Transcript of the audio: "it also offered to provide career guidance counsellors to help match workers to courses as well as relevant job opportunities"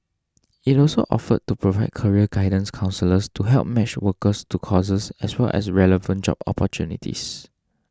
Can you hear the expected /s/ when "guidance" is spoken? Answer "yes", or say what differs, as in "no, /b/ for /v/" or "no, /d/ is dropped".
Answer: yes